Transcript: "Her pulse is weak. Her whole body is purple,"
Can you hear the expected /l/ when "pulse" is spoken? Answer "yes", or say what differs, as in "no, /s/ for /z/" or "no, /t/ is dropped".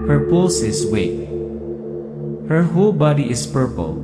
no, /l/ is dropped